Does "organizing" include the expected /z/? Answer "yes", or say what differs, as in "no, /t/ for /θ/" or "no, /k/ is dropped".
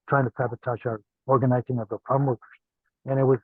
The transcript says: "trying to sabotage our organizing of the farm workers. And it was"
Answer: yes